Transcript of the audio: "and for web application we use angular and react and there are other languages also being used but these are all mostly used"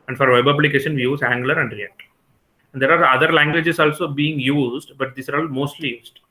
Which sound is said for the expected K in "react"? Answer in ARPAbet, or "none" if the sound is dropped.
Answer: none